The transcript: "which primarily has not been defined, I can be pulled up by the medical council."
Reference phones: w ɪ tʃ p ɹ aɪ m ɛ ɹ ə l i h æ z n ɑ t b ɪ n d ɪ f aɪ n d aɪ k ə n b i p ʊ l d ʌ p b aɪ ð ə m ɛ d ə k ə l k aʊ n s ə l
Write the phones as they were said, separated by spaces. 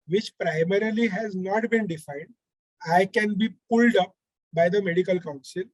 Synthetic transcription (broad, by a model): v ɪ tʃ p ɹ aɪ m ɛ ɹ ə l i h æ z n ɑ t b ɪ n d ɪ f aɪ n d aɪ k ə n b i p ʊ l d ʌ p b aɪ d ə m ɛ d ə k ə l k aʊ n s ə l